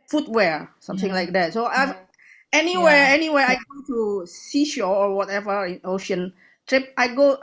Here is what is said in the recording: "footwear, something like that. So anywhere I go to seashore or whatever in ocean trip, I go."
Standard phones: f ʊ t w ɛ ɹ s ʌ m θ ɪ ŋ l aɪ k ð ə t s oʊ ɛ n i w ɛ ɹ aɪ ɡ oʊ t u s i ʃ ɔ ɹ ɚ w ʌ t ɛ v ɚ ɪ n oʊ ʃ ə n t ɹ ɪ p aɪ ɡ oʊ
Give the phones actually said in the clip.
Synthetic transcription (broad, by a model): f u t w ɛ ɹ s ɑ m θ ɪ ŋ l aɪ k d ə t s oʊ ɛ n i w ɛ w aɪ ɡ oʊ t u s i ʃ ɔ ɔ w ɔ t ɛ v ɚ ɪ n oʊ ʃ ə n t ɹ ɪ p aɪ ɡ oʊ